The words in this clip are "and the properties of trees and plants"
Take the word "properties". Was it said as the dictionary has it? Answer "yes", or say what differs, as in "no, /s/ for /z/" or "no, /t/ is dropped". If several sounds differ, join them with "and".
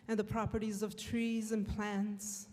yes